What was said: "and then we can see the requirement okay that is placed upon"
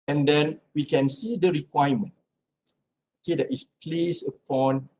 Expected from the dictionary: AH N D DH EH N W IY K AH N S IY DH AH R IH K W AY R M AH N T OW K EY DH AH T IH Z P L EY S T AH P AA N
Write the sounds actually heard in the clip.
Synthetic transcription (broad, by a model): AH N D EH N W IY K AH N S IY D AH R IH K W AY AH M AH N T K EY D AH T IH S P L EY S AH P AA N